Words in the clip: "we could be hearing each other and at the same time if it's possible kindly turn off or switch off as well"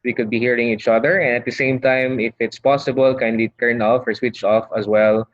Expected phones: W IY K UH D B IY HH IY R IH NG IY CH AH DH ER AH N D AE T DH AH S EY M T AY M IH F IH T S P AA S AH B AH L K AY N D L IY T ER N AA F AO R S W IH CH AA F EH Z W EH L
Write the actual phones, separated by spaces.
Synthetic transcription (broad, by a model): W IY K UH D B IY HH IY R IH NG IY CH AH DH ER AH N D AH T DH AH S EY M T AY M IH F IH T S P AA S AH B AH L K AY N D L IY T ER N AA F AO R S W IH CH AA F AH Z W EH L